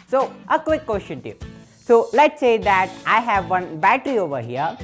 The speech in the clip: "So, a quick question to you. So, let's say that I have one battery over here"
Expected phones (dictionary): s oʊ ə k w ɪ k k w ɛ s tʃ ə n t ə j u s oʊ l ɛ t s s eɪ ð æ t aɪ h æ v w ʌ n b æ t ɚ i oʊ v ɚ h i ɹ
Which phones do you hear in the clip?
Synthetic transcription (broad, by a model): s oʊ ə k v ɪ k k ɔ ʃ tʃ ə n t j u s oʊ l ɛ t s s eɪ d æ t aɪ h æ v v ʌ n b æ t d i oʊ v ɚ h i ɹ